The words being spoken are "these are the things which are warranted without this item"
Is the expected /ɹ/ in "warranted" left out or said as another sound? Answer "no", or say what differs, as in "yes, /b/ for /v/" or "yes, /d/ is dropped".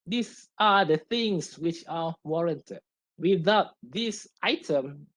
no